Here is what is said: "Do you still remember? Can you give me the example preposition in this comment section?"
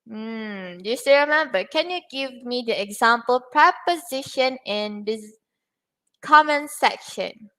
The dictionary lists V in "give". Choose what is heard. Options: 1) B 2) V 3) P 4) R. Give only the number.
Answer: 2